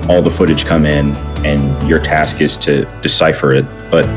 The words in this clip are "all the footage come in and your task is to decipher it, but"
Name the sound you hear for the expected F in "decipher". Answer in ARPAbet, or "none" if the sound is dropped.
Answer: F